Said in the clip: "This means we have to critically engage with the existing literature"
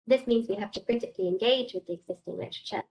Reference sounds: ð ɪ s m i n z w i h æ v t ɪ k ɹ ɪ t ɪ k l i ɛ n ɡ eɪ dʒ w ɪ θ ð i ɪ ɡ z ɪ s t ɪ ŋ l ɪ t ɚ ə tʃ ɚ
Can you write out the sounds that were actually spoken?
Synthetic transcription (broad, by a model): ð ɪ s m i n z w i h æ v t ɪ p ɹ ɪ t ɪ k l i ɛ n ɡ eɪ dʒ w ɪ ð i ɪ ɡ z ɪ s t ɪ ŋ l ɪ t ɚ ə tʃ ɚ